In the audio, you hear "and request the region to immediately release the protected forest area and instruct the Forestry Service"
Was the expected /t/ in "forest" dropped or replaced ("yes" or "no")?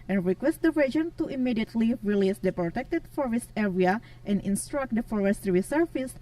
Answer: no